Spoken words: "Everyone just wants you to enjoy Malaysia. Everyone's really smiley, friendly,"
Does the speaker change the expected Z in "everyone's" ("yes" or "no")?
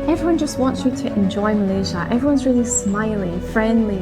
no